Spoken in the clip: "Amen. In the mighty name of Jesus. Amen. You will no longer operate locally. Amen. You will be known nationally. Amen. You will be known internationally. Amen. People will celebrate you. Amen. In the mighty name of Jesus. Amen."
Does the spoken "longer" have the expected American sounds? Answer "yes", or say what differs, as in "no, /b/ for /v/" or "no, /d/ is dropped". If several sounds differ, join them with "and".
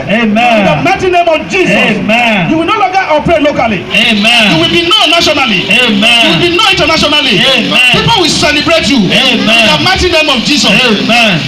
no, /ŋ/ is dropped